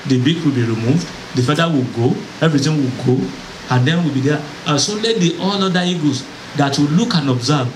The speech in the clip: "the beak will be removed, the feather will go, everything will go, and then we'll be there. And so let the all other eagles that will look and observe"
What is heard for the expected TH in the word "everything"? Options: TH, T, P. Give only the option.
T